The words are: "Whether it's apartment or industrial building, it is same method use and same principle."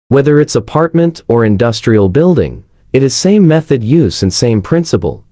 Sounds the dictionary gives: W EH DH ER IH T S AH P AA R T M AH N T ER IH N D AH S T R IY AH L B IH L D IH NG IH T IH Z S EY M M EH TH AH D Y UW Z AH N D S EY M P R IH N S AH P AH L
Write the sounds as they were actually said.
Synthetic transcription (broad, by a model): W EH DH ER IH T S AH P AA R T M AH N T ER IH N D AH S T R IY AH L B IH L D IH NG IH T IH Z S EY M M EH TH AH D Y UW Z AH N S EY M P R IH N S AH P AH L